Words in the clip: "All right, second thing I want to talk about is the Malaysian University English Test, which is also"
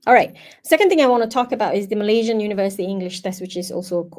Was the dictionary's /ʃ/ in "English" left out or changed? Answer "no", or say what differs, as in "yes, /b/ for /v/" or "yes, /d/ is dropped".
no